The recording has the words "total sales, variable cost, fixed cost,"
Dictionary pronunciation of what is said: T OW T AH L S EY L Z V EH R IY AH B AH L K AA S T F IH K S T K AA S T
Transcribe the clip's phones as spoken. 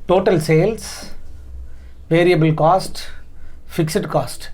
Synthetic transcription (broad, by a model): T OW T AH L S EY L S V EH R IY AH B AH L K AA S T F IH K S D K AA S T